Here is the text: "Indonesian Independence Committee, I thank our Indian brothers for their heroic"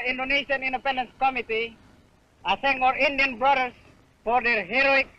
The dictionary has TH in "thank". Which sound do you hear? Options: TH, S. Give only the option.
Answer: S